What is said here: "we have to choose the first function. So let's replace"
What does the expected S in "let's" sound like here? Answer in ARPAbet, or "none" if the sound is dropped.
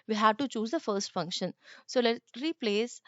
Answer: none